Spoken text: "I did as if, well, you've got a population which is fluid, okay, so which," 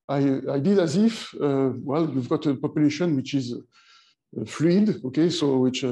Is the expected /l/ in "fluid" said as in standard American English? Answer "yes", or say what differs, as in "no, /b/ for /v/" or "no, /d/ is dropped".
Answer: yes